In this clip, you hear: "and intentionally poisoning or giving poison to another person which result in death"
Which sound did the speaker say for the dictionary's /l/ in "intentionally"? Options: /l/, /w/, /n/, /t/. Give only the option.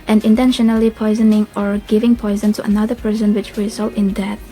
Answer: /l/